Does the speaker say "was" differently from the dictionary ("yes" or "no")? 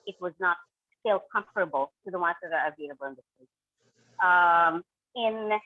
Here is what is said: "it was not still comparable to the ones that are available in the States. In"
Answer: no